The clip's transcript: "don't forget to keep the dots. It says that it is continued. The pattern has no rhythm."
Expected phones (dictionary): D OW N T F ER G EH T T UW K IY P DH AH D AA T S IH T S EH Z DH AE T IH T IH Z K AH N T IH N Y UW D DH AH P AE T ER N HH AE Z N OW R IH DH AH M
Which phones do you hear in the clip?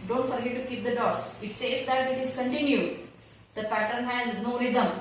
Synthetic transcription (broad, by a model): D OW N T F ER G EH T T UW K IY P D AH D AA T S IH T S EH Z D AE T IH T IH Z K AH N T IH N Y UW D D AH P AE T ER N HH AE Z N OW R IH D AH M